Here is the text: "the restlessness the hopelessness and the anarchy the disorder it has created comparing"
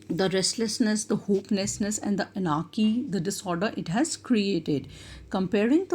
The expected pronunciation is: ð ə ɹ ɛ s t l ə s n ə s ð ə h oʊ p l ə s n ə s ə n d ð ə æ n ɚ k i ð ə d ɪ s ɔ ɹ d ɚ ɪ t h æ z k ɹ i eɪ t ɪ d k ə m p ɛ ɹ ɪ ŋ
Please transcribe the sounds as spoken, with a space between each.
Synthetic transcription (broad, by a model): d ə ɹ ɛ s t l ə s n ə s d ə h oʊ p n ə s n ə s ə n d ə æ n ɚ k i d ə d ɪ s ɔ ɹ d ɚ ɪ t h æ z k ɹ i eɪ t ɪ d k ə m p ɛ ɹ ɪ ŋ